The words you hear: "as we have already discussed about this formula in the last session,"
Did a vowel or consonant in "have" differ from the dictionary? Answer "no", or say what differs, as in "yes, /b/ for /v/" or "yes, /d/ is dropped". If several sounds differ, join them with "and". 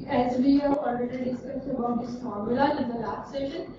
yes, /p/ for /v/